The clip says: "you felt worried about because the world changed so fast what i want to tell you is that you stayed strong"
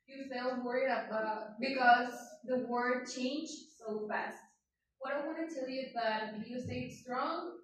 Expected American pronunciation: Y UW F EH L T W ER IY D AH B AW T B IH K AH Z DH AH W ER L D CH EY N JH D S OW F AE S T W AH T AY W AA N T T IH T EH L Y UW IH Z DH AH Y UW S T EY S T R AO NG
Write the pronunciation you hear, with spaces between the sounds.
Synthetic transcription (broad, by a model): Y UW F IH L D W ER IY D AH B AW T B IH K AH Z DH AH W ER D CH EY N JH S OW F AE S T W AH T AY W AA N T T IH T EH L Y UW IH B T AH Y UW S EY S T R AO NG